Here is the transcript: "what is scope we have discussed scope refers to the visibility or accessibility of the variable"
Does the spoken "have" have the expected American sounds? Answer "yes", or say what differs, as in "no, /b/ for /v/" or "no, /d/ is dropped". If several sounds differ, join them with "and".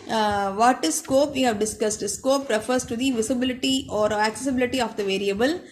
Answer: yes